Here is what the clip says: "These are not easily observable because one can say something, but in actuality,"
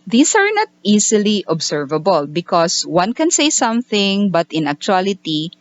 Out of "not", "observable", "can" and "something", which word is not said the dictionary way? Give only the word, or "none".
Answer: observable